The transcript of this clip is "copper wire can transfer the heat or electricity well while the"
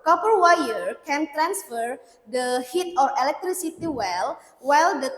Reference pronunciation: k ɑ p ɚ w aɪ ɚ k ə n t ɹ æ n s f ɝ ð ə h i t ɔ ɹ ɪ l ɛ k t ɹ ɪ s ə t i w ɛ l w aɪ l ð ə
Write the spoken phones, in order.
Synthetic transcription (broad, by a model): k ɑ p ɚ w aɪ ɚ k ə n t ɹ æ n s f ɝ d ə h i t ɔ ɹ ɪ l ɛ k t ɹ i s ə t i w ɛ l w aɪ l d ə